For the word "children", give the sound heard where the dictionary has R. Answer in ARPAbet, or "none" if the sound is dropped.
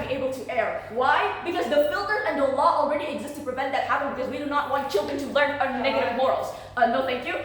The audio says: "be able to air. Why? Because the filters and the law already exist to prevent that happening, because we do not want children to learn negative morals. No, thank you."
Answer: R